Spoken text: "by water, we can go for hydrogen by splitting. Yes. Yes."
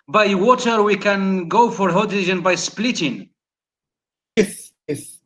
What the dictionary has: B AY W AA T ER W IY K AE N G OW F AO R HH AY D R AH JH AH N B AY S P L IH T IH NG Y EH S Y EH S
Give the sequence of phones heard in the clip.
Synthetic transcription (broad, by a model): B AY W AA T ER W IY K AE N G OW F AO R HH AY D AH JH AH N B AY S P L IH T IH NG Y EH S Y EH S